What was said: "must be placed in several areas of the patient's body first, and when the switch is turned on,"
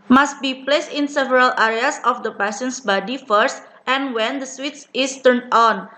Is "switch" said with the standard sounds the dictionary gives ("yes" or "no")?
no